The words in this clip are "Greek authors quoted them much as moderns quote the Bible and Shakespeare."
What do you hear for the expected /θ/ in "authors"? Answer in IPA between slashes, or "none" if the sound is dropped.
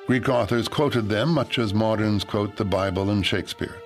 /θ/